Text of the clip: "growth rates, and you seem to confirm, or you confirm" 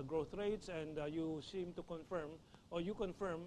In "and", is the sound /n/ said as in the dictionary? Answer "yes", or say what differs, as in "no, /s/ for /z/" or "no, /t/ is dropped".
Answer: yes